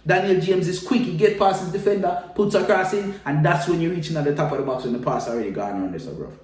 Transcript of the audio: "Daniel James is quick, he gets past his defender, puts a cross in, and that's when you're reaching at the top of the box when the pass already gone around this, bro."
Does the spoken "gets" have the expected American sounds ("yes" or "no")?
no